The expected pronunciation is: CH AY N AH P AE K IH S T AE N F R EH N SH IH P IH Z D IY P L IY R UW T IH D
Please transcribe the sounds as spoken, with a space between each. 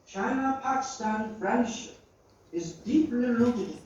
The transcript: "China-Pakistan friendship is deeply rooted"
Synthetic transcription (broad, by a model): CH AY N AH P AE K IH S T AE N F R EH N SH IH P IH Z D IY P L IY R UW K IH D